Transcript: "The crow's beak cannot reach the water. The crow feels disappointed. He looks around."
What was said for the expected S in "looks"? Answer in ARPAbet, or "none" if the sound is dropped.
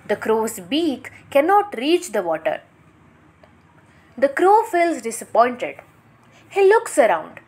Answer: S